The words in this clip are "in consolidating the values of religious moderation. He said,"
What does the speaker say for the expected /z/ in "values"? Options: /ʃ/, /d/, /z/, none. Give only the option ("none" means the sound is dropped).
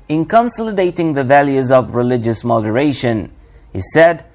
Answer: /z/